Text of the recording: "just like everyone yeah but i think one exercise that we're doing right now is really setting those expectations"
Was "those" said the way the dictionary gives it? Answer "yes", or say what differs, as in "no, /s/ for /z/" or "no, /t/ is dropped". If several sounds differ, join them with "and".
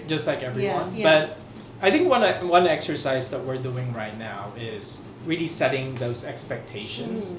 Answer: yes